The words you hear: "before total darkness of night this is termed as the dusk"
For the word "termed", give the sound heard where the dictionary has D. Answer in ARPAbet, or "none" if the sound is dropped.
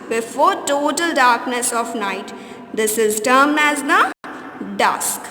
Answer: none